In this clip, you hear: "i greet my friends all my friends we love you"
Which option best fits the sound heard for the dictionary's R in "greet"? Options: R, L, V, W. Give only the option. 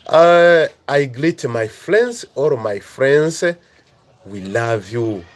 L